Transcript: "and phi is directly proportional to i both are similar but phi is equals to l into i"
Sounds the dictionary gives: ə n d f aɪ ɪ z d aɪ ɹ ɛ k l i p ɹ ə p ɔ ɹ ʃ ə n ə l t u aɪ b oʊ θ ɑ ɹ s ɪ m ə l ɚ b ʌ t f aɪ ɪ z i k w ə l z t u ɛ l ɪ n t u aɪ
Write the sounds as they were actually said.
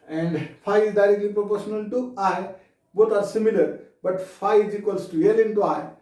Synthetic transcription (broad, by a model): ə n d f aɪ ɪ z d aɪ ɹ ɛ k l i p ɹ ə p ɔ ɹ ʃ ə n ə l t u aɪ b oʊ t ɑ ɹ s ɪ m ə l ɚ b ʌ t f aɪ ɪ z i k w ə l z t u ɛ l ɪ n t u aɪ